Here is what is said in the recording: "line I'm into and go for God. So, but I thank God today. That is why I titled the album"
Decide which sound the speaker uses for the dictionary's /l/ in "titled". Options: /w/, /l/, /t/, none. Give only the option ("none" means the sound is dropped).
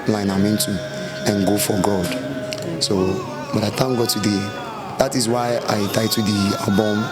none